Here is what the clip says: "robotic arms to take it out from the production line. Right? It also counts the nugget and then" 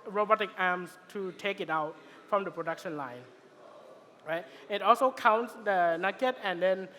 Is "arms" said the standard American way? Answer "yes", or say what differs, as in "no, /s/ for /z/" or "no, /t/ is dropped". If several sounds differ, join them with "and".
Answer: no, /s/ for /z/